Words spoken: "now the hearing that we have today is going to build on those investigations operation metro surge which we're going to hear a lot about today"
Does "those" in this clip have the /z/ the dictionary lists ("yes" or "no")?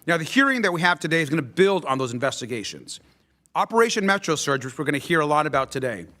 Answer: yes